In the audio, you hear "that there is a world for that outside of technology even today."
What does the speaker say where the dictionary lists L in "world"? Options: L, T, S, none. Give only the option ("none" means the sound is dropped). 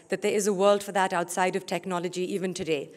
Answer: L